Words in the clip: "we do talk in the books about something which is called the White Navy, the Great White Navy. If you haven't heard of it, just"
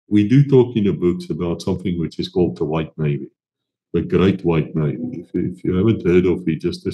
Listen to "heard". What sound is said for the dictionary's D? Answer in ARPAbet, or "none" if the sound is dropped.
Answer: D